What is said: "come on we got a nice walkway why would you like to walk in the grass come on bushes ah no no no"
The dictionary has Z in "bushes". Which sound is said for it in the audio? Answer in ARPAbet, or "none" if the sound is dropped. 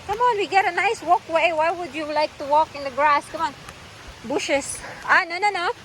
S